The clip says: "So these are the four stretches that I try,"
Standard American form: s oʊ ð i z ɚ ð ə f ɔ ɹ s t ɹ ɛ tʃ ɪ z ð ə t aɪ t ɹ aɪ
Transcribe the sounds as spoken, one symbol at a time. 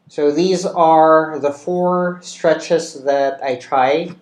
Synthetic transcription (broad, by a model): s oʊ ð i z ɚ ð ə f ɔ ɹ s t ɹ ɛ tʃ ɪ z ð ə t aɪ t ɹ aɪ